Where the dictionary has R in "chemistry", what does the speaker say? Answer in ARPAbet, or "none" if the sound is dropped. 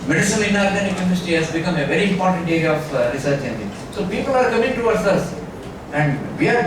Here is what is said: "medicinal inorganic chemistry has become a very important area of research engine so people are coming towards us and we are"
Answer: none